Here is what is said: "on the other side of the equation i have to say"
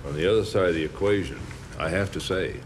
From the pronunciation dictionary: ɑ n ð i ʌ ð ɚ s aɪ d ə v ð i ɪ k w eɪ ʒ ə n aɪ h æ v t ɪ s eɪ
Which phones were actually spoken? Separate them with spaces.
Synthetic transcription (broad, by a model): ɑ n ð i ʌ ð ɚ s aɪ d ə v ð i ɪ k w eɪ ʒ ə n aɪ h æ f t ɪ s eɪ